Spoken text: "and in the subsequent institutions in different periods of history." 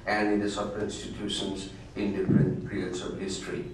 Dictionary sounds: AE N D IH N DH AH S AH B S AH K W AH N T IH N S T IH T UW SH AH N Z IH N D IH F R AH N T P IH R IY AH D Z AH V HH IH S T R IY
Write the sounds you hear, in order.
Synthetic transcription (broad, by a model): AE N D IH N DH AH S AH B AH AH T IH N S T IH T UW SH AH N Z IH N D IH F R AH N T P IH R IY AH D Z AH V HH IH S T R IY